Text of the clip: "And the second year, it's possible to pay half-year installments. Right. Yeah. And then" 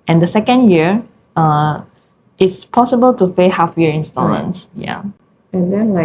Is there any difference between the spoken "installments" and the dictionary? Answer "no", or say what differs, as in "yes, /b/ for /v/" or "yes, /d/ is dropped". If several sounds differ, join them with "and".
yes, /m/ is dropped